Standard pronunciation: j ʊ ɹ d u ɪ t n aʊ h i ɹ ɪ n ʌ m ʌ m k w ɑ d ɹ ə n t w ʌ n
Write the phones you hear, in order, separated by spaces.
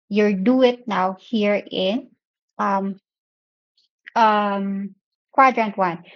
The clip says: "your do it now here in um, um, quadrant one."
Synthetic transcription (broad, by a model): j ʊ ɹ d u ɪ t n aʊ h i ɹ ɪ n ʌ m ʌ m k w ɑ d ɹ ə n t w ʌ n